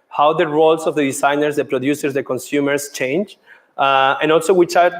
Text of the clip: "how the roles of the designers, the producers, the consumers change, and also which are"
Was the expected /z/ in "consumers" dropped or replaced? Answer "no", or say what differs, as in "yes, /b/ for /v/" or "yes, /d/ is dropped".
yes, /s/ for /z/